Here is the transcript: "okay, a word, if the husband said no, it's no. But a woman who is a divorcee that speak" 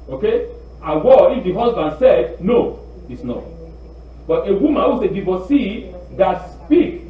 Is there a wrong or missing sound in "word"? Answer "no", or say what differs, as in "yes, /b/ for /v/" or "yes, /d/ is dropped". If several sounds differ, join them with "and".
yes, /d/ is dropped